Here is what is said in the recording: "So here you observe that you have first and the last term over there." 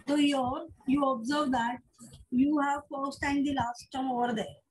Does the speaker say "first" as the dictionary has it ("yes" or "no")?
yes